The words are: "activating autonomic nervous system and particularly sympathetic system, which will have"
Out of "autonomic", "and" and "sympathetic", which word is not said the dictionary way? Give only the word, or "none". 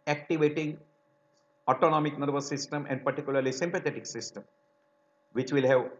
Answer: sympathetic